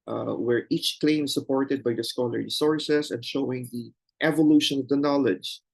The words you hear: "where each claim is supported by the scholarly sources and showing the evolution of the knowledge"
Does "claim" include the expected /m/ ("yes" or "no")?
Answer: no